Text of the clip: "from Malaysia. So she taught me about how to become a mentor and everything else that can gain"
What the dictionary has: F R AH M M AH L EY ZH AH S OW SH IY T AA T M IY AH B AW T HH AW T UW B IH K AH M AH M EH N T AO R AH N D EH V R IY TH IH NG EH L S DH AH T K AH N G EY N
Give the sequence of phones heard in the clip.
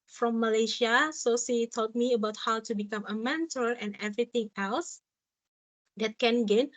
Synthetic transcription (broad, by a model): F R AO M M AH L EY SH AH S OW S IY T AA T M IY AH B AW T HH AW T UW B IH K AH M AH M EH N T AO L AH N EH V R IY T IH NG EH L S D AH T K AH N G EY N